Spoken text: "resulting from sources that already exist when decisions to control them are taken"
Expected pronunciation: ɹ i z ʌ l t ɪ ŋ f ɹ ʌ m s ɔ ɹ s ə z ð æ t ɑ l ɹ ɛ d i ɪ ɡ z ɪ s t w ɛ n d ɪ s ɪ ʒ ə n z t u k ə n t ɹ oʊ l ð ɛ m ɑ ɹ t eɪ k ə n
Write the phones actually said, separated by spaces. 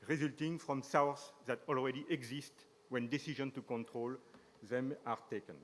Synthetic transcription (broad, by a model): ɹ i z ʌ l t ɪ ŋ f ɹ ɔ m s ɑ w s ð æ t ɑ l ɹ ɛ d i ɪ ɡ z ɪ s t w ɛ n d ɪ s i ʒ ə n t u k ə n t ɹ oʊ l ð ɛ m ɑ ɹ t eɪ k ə n